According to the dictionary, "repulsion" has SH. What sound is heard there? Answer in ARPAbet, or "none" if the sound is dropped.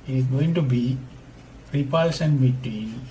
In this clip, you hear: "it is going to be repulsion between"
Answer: S